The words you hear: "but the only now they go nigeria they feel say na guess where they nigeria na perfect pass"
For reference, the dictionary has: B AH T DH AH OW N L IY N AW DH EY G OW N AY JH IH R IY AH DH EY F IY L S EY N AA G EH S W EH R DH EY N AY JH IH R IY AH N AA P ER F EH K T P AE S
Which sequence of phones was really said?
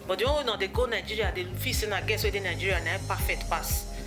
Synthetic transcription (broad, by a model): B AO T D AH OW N W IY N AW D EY G OW N AY JH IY R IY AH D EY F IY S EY N AA G EH S W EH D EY N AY JH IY R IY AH N AA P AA F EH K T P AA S